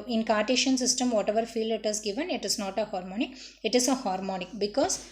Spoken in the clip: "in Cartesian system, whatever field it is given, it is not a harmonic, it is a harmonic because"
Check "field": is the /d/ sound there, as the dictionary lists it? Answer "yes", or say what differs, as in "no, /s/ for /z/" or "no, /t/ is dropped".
no, /d/ is dropped